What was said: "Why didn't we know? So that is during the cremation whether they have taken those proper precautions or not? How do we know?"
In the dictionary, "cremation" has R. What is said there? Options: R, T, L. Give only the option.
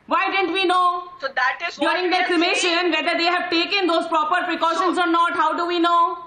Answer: L